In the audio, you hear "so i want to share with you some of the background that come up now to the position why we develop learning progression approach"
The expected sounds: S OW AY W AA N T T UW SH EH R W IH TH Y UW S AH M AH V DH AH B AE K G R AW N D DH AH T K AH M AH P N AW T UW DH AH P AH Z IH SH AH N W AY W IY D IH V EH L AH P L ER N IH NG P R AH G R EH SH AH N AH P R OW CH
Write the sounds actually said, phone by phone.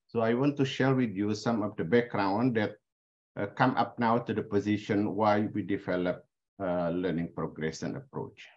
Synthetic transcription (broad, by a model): S OW AY W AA N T T UW SH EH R W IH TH Y UW S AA M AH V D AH B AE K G R AW N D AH T K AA M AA P N AW T UW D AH P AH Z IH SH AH N W AY W IY D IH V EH L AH P L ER N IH NG P R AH G R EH S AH N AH P R OW CH